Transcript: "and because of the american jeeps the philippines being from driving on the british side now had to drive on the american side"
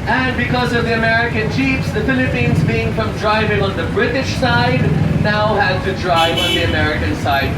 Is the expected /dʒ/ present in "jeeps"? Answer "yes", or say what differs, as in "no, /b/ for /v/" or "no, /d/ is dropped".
no, /tʃ/ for /dʒ/